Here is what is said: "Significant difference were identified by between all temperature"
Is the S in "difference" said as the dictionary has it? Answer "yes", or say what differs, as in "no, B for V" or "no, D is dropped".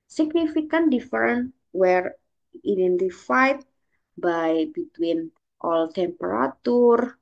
no, S is dropped